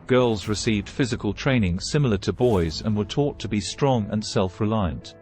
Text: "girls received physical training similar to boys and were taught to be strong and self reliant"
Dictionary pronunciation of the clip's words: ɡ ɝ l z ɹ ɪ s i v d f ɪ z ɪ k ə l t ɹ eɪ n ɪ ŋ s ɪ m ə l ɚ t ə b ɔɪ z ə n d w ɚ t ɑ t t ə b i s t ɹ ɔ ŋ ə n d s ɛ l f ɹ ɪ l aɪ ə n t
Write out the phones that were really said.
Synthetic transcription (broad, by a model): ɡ ɝ l z ɹ ɪ s i v d f ɪ z ɪ k ə l t ɹ eɪ n ɪ ŋ s ɪ m l ɚ t ə b ɔɪ z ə n w ɚ t ɑ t t ə b i s t ɹ ɔ ŋ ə n s ɛ l f ɹ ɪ l aɪ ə n t